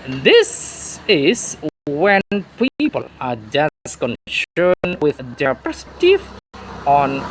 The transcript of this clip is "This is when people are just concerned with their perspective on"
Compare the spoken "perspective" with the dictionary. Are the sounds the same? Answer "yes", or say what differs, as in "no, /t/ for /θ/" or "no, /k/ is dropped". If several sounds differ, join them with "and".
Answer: no, /p/ is dropped and /k/ is dropped